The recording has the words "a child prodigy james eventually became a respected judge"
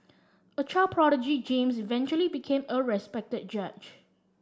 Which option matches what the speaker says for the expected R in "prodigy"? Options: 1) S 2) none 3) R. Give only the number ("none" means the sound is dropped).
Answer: 3